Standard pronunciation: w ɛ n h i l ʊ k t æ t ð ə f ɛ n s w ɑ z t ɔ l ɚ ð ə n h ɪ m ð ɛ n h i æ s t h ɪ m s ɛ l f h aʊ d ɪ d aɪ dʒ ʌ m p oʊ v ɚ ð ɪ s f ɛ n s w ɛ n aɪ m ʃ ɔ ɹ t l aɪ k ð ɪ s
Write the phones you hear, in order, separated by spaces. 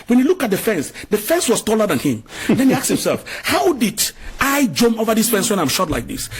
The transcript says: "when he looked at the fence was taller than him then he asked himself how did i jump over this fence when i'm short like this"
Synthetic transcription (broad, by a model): w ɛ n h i l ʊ k t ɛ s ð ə f ɛ n s w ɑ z t ɔ l ɚ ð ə n h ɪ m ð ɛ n h i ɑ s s h ɪ m s ɛ l f h aʊ d ɪ d aɪ dʒ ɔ m oʊ v ɚ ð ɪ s f ɛ n s w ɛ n aɪ m ʃ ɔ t l aɪ k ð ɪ s